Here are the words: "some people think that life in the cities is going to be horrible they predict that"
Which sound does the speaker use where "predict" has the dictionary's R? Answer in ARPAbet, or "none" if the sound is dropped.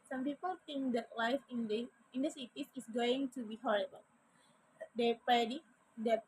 none